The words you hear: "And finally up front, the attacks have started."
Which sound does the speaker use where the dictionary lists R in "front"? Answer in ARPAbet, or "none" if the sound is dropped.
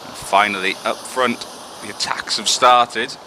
R